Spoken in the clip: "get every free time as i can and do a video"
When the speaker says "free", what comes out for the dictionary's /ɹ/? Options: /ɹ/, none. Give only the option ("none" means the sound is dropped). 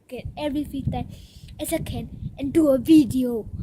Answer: none